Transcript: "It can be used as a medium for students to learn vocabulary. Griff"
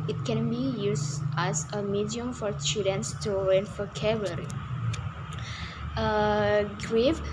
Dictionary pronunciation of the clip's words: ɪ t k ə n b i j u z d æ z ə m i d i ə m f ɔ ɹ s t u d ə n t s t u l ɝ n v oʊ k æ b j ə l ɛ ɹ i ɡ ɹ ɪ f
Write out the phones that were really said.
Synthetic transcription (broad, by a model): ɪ t k ə n b i j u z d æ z ə m i d i ə m f ɔ ɹ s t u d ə n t s t u w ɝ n f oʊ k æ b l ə ɹ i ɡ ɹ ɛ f